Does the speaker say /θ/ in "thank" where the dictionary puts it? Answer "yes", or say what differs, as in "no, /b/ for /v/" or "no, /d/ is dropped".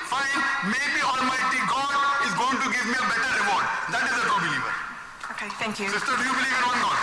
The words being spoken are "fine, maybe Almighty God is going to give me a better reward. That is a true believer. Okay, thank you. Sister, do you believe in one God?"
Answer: no, /t/ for /θ/